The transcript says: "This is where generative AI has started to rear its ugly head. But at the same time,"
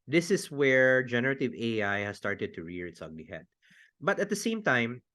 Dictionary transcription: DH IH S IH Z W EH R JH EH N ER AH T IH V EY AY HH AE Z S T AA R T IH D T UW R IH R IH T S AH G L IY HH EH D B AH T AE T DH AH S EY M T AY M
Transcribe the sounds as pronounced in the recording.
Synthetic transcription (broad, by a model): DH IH S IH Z W EH R JH EH N ER AH T IH V EY AY HH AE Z S T AA R T IH D T UW R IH R IH T S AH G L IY HH EH D B AH T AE T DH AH S EY M T AY M